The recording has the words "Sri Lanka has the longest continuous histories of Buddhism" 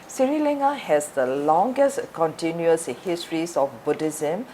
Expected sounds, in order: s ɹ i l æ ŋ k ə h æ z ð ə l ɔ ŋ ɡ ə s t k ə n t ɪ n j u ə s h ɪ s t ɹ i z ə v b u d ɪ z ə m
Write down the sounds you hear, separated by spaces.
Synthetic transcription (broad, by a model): s ɹ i l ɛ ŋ ə h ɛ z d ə l ɔ ŋ ɡ ə s t k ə n t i n j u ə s h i s t ɹ i s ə f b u d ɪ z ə m